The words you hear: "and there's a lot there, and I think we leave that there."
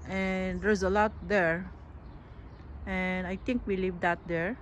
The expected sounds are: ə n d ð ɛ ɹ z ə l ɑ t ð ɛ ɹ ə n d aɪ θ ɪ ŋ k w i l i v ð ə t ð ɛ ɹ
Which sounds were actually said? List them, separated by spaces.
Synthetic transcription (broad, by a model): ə n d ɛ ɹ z ə l ɑ t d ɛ ɹ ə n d aɪ t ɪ ŋ k w i l i v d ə t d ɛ ɹ